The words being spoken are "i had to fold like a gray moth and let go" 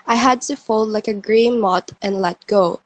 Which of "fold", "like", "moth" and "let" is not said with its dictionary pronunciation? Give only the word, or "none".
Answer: moth